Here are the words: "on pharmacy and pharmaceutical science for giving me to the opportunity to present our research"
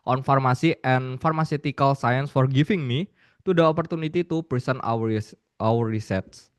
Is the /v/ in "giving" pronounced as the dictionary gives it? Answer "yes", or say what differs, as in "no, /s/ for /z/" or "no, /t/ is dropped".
no, /f/ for /v/